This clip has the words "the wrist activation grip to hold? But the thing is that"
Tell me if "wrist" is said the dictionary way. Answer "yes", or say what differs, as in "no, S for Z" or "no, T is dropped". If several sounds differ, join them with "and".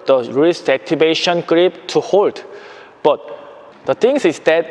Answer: no, T is dropped